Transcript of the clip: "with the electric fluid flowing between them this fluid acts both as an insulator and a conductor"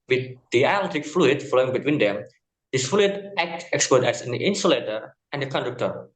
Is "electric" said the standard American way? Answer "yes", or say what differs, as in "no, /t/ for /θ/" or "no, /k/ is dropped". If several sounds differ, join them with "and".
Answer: no, /ɹ/ is dropped